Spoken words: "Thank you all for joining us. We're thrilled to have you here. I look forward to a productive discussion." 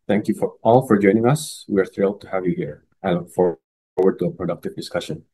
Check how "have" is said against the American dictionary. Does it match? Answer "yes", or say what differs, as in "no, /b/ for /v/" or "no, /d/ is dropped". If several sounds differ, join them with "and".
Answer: yes